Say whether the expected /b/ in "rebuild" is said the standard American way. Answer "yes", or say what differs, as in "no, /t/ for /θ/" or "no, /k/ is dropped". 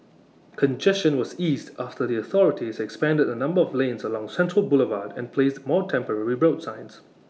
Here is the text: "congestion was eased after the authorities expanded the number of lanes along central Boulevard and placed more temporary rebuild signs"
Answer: no, /b/ is dropped